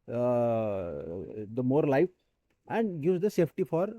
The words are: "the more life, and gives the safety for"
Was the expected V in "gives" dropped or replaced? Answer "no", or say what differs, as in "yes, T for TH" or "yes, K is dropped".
yes, V is dropped